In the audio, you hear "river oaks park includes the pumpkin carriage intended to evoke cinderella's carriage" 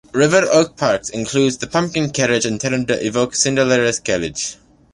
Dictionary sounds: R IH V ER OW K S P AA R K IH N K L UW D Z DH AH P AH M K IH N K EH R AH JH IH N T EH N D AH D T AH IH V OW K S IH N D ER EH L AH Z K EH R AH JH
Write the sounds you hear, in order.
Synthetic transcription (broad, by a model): R IH V ER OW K P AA R K IH N K L UW D Z DH AH P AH M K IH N K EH R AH JH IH N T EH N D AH T IH V OW K S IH N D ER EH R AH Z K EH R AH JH